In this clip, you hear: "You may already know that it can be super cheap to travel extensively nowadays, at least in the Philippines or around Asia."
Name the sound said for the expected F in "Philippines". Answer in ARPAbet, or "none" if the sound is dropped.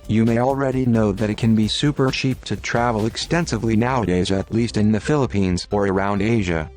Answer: F